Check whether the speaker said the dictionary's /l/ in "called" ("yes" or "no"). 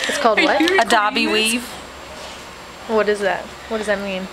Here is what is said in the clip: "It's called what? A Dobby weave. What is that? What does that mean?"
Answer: yes